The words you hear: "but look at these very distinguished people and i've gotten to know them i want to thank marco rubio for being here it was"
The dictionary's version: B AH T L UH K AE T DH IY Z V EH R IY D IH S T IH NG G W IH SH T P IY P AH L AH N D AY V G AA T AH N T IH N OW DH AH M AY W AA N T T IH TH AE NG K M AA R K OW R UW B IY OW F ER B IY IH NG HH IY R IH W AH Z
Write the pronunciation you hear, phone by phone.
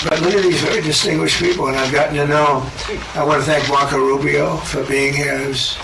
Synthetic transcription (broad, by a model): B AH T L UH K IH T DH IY Z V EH R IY D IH S T IH NG G W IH SH P IY P L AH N AY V G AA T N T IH N OW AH AY W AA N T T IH TH AE NG K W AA K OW R UW B IY OW F ER B IY IH NG HH IY R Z